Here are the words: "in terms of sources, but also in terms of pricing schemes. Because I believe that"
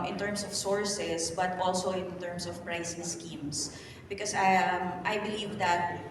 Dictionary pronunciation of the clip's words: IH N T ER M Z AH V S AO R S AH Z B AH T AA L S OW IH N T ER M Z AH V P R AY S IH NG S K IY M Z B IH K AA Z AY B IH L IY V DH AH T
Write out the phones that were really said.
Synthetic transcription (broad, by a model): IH N T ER M S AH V S AO R S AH S B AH T AA L S OW IH N T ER M S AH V P R AY S IH NG S K IY M S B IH K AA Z AY B IH L IY V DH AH T